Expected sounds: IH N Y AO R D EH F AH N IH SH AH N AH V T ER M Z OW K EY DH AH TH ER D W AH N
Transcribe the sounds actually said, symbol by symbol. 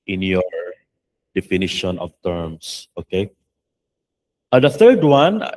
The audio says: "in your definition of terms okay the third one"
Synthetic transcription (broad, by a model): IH N Y AO R D EH F AH N IH SH AH N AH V T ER M S OW K EY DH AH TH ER D W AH N